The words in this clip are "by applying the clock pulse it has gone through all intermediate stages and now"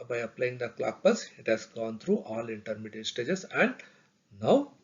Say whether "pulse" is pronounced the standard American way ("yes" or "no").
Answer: no